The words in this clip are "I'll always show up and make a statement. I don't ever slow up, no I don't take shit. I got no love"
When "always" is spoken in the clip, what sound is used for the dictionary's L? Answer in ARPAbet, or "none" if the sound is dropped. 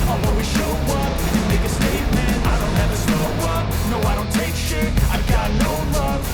none